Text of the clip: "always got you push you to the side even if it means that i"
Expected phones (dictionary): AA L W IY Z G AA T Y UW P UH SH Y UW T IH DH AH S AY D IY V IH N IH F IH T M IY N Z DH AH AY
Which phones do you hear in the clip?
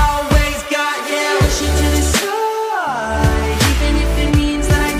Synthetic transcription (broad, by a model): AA L W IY Z G AA T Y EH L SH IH T IH DH AH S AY IY V IH N IH F IH T M IY N Z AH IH